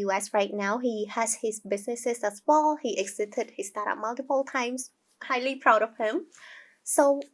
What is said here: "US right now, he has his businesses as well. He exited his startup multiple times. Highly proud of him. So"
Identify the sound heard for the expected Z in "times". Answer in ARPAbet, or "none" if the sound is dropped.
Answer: S